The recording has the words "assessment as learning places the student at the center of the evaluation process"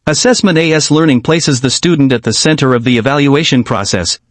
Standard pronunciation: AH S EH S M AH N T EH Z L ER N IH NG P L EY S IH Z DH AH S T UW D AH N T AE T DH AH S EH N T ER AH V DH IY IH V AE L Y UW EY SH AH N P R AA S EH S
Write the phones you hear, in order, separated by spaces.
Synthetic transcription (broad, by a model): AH S EH S M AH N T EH S L ER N IH NG P L EY S IH Z DH AH S T UW D N T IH T DH AH S EH N T ER AH V DH IY IH V AE L Y UW EY SH AH N P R AA S EH S